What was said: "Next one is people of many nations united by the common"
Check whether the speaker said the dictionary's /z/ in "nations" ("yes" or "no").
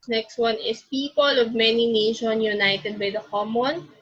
no